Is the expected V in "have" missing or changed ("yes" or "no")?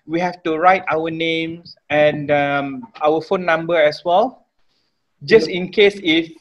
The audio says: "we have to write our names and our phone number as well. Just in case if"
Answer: yes